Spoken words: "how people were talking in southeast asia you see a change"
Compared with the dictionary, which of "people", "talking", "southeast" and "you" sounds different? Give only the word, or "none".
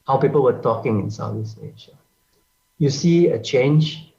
southeast